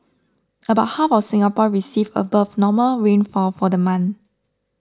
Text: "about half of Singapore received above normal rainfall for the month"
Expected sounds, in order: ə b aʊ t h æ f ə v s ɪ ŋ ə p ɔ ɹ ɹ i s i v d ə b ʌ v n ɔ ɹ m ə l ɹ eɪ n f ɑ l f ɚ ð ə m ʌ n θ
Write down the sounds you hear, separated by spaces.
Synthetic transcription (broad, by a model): ə b aʊ t h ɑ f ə f s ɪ ŋ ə p ɔ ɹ ɹ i s i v ə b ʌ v n ɔ m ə l ɹ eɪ n f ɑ f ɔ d ə m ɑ n